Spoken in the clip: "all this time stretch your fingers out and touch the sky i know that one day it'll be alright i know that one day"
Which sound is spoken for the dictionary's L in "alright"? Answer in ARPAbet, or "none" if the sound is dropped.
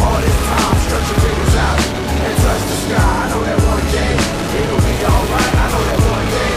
L